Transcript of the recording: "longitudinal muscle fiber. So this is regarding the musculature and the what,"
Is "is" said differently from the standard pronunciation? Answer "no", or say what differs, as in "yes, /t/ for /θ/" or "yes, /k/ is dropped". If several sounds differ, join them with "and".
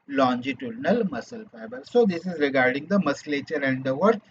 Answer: no